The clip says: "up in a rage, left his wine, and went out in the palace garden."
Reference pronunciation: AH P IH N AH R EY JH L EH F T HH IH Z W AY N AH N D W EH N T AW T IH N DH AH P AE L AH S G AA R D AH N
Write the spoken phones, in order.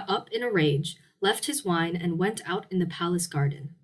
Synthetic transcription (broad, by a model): AH P IH N AH R EY JH L EH F T HH IH Z W AY N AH N W EH N T AW T IH N DH AH P AE L AH S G AA R D N